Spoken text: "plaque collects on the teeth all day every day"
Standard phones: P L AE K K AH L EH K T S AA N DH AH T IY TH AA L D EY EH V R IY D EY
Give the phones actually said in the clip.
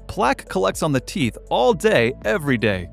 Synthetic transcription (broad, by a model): P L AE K K AH L EH K T S N DH AH T IY TH AA L D EY EH V R IY D EY